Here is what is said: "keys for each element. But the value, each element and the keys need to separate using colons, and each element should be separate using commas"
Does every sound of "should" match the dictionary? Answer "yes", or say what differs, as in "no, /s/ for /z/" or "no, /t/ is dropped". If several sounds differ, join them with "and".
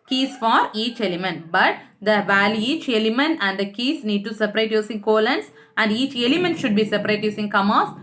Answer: yes